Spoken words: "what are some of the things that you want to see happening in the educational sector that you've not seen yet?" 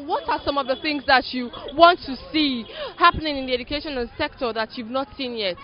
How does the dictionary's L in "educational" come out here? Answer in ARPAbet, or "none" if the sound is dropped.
N